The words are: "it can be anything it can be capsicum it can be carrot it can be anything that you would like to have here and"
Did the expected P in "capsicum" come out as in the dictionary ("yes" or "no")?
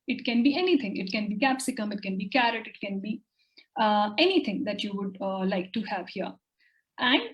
yes